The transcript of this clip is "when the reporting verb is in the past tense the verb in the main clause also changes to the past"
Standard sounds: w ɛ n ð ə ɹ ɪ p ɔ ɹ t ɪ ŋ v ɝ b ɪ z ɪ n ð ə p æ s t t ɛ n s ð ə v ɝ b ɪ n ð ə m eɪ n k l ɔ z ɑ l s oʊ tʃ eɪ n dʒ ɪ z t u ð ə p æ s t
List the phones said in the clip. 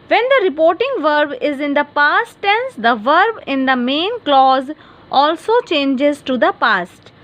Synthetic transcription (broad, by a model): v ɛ n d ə ɹ ɪ p ɔ ɹ t ɪ ŋ v ɝ b ɪ z ɪ n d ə p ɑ s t t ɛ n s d ə v ɝ b ɪ n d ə m eɪ n k l ɔ z ɑ l s oʊ tʃ eɪ n dʒ ɪ z t u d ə p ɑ s t